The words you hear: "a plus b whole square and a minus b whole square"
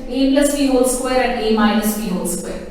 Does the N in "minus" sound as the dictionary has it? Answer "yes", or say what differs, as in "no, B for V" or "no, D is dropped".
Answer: no, L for N